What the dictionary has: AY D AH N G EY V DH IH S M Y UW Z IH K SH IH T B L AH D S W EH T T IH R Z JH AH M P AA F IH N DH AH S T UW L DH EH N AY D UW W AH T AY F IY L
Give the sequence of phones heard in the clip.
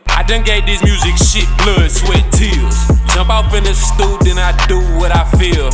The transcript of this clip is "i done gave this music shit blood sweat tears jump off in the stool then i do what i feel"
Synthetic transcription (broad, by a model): AY D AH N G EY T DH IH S M Y UW Z IH K SH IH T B L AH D S W EH T T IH L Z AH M B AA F IH N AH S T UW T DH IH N AY D UW W AH T AY F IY L